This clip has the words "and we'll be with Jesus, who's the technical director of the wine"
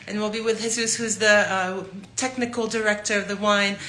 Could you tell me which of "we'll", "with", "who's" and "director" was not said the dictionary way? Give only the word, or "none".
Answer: none